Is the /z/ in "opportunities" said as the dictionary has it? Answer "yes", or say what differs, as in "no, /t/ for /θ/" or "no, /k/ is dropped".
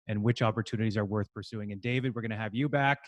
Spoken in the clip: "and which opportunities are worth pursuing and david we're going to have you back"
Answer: yes